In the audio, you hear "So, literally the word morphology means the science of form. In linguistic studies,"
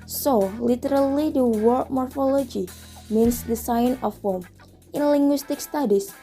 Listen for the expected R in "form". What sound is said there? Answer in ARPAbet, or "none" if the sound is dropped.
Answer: L